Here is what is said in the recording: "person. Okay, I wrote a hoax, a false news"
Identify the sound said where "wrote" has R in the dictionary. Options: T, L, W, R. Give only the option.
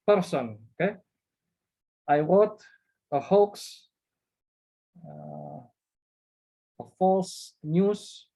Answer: W